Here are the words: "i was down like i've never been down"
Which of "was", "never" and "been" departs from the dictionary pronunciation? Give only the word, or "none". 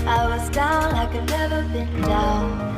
none